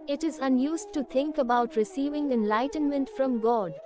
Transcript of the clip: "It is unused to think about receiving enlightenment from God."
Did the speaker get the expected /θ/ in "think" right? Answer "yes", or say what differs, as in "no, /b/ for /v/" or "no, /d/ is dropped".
no, /t/ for /θ/